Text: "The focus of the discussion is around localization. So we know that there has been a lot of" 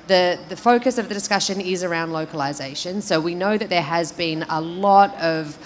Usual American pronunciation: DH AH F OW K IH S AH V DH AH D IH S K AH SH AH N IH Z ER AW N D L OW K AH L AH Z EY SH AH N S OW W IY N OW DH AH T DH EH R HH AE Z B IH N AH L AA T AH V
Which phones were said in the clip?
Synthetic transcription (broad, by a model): DH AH F OW K IH S AH V DH AH D IH S K AH SH AH N IH Z ER AW N D L OW K AH L AH Z EY SH AH N S OW W IY N OW DH AH T DH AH R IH Z B IH N AH L AA T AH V